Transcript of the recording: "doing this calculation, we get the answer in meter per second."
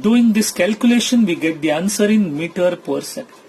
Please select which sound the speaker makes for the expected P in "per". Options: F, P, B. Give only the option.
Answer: P